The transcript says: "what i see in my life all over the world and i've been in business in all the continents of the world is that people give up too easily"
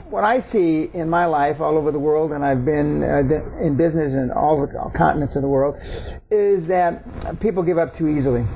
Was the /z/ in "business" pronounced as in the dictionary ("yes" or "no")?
yes